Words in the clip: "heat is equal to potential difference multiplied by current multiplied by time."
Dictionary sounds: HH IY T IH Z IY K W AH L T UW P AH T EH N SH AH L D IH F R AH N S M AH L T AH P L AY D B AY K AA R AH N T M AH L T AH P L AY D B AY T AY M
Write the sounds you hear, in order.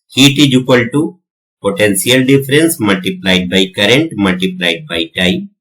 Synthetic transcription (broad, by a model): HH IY T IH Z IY K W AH L T UW P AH T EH N S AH L D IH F R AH N S M AH L T AH P L AY D B AY K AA R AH N T M AH L T AH P L AY D B AY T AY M